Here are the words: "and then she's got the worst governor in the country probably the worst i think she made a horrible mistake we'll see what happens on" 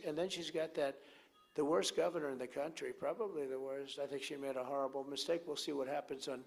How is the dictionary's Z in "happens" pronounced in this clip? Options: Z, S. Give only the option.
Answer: Z